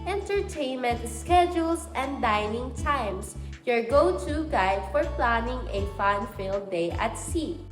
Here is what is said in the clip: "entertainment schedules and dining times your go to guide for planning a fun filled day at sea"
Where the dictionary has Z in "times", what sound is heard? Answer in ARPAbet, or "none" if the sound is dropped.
S